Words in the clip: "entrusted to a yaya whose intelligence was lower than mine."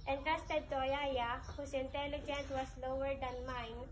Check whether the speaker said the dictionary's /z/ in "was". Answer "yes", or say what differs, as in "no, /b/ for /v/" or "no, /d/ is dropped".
no, /s/ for /z/